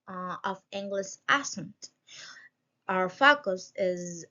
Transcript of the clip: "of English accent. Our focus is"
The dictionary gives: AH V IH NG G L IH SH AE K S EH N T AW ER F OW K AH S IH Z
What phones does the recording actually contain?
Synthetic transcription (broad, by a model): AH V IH NG G L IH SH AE S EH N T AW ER F OW K AH S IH Z